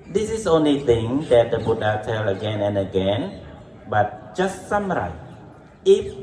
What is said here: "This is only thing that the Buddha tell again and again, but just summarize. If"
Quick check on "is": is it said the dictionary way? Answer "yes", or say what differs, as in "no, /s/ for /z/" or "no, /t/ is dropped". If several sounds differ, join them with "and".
no, /s/ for /z/